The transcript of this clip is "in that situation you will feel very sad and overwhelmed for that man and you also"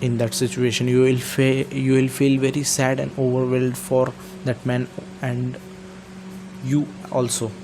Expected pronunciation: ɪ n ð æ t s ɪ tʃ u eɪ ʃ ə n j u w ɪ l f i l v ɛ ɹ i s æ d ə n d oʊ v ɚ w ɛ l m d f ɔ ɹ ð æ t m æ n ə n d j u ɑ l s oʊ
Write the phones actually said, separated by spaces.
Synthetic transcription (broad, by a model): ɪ n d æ t s ɪ tʃ u eɪ ʃ ə n j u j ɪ l f i l v ɛ ɹ i s æ d ə n d oʊ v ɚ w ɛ l d f ɔ ɹ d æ t m æ n ə n d j u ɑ l s oʊ